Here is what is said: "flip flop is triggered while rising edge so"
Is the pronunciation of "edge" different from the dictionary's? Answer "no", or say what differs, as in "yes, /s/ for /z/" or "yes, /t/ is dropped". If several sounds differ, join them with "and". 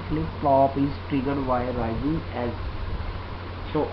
yes, /z/ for /dʒ/